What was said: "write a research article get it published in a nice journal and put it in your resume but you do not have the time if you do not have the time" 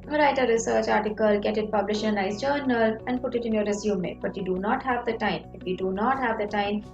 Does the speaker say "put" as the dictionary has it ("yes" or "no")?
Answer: yes